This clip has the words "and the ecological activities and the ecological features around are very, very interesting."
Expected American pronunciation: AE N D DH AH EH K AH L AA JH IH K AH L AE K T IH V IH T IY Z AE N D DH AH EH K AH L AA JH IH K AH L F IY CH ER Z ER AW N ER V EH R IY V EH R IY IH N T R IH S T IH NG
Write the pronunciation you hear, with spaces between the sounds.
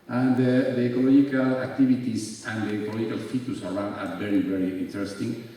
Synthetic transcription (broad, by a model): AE N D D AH EH K AH L AA JH IH K AH L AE K T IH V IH T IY S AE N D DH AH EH K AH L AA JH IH K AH L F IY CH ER S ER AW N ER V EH R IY V EH R IY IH N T R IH S T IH NG